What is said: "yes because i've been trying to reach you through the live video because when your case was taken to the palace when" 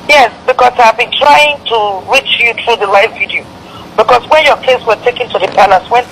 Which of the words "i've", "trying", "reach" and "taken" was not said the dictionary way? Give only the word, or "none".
none